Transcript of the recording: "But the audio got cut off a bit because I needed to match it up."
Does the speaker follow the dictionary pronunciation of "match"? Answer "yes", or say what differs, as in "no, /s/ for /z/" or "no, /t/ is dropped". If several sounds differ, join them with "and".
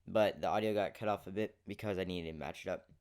yes